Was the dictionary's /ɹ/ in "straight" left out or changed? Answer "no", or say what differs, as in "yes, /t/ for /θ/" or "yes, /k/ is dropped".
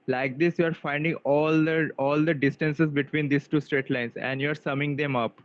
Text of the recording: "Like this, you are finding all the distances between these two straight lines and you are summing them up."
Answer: no